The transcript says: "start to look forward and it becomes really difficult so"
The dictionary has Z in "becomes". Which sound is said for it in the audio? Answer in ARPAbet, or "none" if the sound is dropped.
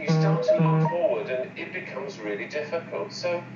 Z